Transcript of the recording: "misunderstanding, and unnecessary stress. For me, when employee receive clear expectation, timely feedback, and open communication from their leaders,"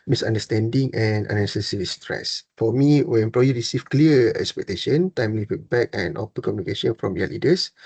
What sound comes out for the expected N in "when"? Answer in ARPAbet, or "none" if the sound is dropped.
none